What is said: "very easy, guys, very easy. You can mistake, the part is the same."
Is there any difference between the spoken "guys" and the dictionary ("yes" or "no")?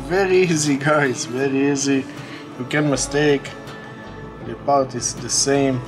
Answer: yes